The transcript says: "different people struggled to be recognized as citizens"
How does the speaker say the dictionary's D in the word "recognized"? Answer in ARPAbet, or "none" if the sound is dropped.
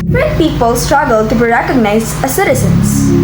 none